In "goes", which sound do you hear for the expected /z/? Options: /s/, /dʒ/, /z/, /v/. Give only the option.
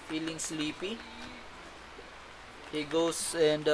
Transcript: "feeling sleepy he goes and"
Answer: /s/